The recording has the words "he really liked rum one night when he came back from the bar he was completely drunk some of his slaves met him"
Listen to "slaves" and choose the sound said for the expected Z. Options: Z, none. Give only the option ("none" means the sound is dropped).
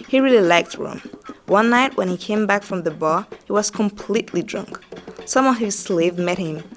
none